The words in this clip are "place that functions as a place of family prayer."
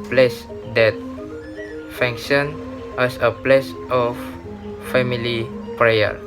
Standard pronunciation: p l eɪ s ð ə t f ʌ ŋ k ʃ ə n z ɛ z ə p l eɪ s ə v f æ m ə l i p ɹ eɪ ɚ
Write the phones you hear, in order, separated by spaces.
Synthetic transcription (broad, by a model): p l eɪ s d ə t f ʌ ŋ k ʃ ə n ɛ s ə p l eɪ s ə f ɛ m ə l i p ɹ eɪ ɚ